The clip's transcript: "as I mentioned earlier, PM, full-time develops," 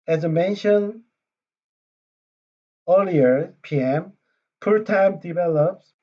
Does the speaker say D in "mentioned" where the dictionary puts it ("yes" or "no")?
no